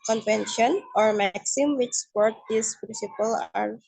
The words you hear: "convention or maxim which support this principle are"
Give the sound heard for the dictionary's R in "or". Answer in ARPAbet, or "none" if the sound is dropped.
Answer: R